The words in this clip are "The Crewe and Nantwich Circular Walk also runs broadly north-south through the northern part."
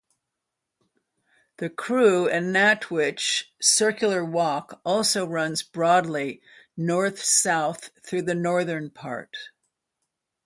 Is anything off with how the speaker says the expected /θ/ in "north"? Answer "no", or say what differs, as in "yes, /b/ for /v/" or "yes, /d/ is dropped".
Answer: no